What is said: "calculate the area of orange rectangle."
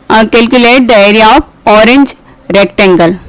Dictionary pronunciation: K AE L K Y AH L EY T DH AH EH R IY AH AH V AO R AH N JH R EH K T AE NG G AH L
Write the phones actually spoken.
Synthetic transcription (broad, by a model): K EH L K Y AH L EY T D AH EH R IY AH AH P AO R AH N JH R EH K T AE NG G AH L